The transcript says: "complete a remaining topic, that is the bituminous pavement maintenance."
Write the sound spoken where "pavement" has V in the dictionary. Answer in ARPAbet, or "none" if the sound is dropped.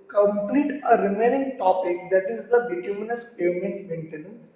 none